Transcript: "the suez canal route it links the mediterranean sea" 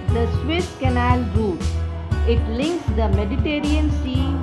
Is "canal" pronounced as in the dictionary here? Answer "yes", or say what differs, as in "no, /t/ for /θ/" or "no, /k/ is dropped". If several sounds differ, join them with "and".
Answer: yes